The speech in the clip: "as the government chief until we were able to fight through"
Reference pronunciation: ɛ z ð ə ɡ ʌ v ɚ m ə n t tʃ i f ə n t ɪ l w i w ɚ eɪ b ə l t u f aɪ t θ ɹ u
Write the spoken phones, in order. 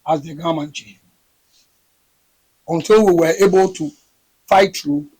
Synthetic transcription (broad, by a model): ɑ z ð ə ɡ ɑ m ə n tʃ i ə n t ɪ l w i w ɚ eɪ b ə l t u f aɪ t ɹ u